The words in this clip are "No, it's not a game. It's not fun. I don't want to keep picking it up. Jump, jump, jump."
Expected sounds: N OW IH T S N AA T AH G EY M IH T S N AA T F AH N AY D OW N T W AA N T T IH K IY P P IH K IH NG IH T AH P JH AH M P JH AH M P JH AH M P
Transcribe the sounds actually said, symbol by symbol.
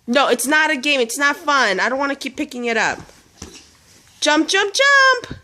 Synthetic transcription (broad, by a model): N OW IH T S N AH T AH G EY M IH T S N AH T F AH N AY D OW N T W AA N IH K IY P P IH K IH NG IH T AH P JH AH M P JH AH M P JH AH M P